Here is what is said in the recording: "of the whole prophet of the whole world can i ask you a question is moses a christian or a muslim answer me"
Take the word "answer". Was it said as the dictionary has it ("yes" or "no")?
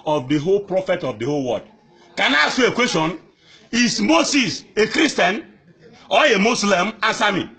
no